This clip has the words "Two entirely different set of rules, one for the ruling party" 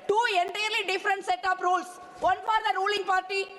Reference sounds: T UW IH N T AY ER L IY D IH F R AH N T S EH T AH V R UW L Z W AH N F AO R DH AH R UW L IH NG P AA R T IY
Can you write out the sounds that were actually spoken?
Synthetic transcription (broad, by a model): T UW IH N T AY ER L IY D IH F R AH N T S EH T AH P R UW L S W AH N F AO R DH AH R UW L IH NG P AA R T IY